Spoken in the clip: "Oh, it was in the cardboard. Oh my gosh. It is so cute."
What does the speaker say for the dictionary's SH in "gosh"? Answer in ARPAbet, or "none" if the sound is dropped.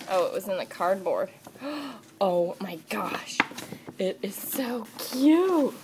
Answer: SH